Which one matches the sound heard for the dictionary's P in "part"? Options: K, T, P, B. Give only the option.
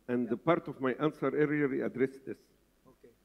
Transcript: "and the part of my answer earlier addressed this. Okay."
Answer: P